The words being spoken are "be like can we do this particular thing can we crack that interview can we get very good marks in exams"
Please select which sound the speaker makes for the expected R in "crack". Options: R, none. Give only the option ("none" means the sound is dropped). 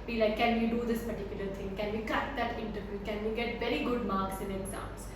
none